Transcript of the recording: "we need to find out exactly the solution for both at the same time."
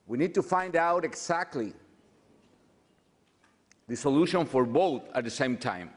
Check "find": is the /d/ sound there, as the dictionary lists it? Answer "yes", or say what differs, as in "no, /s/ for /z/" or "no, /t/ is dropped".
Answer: yes